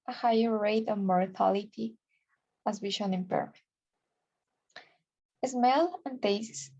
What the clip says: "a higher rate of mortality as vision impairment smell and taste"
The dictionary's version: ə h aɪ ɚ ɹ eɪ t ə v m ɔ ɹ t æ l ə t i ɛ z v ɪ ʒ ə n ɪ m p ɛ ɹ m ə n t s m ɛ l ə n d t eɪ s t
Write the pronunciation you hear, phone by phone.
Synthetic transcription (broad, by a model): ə h aɪ ɚ ɹ eɪ t ə v m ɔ ɹ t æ l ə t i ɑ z w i ʃ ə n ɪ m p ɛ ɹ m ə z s m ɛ l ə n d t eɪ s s